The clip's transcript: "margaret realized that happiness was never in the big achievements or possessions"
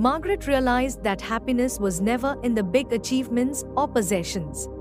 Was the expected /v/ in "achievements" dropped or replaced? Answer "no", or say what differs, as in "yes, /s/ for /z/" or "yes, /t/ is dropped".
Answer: no